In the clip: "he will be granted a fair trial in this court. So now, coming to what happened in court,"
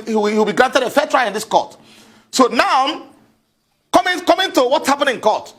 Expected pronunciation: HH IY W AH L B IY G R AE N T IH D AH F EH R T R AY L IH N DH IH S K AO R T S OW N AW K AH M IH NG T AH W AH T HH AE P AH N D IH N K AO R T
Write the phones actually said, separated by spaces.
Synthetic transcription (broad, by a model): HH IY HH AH W B IY G R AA N T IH D AH F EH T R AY IH N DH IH S K AO T S OW N AW K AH M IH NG T AH W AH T HH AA P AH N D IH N K AO T